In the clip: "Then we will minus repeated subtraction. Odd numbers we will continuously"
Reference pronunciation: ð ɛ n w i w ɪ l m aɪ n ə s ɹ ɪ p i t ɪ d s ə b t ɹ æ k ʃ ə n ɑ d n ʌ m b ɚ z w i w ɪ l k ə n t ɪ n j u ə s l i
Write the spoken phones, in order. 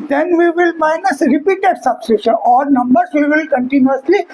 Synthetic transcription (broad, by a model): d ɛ n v i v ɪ l m aɪ n ə s ɹ ɪ p i t ɪ d s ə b s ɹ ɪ ʃ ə n ɑ d n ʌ m b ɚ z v i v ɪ l k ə n t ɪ n j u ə s l i